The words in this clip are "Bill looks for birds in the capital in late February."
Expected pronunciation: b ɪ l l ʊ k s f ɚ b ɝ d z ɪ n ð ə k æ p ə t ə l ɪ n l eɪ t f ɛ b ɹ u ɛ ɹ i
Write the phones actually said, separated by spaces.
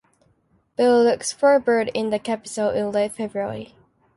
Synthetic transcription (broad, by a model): b ɪ l l ʊ k s f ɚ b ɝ d ɪ n ð ə k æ p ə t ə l ɪ n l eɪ f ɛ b ɹ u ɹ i